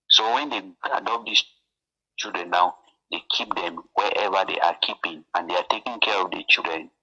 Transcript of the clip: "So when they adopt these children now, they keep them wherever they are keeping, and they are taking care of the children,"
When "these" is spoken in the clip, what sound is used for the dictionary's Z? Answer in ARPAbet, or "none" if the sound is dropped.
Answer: S